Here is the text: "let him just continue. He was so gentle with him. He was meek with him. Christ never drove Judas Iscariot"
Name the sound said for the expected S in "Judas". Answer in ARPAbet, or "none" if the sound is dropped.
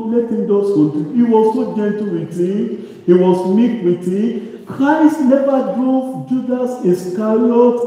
S